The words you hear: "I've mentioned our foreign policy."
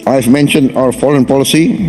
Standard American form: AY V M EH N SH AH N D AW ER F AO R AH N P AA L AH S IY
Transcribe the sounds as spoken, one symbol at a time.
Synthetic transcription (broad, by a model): AY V M EH N SH AH N D AW ER F AO L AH N P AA L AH S IY